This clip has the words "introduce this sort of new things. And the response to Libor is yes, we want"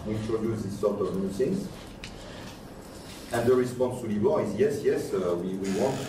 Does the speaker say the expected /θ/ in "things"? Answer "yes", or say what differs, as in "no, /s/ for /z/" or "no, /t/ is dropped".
no, /s/ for /θ/